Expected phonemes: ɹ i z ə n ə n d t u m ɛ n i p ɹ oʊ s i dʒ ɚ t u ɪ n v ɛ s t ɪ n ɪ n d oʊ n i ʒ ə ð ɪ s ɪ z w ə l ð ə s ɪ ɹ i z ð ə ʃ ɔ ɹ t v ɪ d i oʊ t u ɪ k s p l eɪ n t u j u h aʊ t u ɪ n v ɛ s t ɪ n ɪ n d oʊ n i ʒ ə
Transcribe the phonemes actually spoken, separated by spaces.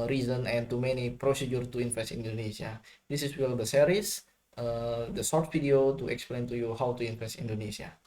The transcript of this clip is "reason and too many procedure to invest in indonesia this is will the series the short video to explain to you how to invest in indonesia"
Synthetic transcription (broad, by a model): ɹ i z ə n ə n t u m ɛ n i p ɹ oʊ s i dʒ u t u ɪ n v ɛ s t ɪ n n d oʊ n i s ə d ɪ s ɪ s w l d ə s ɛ ɹ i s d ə s ɔ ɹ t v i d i oʊ t u ɪ k s p l eɪ n t u j u h aʊ t u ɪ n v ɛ s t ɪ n n d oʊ n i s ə